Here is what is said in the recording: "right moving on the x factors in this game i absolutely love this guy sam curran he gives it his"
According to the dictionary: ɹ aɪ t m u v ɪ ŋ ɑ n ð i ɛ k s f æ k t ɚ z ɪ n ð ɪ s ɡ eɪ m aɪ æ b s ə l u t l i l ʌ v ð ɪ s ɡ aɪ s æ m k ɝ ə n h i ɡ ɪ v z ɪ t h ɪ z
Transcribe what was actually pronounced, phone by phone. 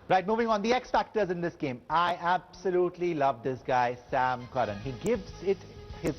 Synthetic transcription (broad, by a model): ɹ aɪ t m u v ɪ ŋ ɑ n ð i ɛ k s f æ k t ɚ z ɪ n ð ɪ s ɡ eɪ m aɪ æ b s ə l u t l i l ʌ v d ɪ s ɡ aɪ s æ m k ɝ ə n h i ɡ ɪ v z ɪ t h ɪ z